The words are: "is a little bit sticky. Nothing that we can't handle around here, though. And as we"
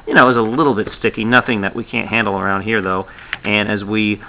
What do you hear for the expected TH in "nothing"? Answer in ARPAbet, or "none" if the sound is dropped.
TH